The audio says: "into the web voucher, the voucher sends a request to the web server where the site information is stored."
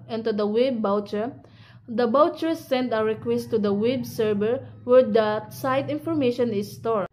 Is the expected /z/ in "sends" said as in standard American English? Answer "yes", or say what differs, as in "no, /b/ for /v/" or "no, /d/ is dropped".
no, /z/ is dropped